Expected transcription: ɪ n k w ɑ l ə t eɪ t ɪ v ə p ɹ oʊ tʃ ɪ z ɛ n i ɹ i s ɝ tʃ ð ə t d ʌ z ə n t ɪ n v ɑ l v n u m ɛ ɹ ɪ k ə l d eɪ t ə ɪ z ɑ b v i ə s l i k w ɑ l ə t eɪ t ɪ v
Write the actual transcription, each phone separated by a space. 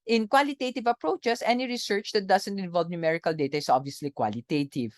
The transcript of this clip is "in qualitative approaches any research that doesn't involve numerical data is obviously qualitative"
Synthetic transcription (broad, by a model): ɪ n k w ɑ l ə t eɪ t ɪ v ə p ɹ oʊ tʃ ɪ s ɛ n i ɹ i s ɝ tʃ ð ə t d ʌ s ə n t ɪ n v ɑ l v n u m ɛ ɹ ɪ k ə l d eɪ t ə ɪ s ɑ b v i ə s l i k w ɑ l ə t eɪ t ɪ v